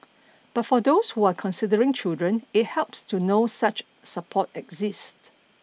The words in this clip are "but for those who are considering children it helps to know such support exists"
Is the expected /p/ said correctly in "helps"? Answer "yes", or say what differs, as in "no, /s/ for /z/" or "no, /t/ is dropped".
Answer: yes